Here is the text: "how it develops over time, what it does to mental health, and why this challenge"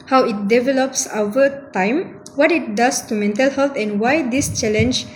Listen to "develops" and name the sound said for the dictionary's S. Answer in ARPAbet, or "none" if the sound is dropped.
S